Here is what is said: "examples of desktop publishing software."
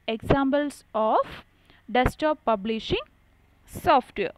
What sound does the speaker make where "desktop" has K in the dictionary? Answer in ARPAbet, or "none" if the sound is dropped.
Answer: none